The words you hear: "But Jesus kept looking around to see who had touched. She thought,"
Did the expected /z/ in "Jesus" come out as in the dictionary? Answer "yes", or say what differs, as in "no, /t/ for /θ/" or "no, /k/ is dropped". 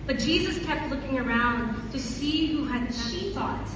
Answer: yes